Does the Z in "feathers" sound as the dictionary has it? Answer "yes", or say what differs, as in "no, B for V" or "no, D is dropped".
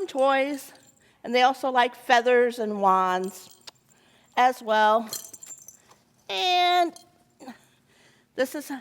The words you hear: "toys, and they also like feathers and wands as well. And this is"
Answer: yes